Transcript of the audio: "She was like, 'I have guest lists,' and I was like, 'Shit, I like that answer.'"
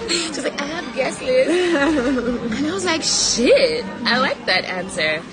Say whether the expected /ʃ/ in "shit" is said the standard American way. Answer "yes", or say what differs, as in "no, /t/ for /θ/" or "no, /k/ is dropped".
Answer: yes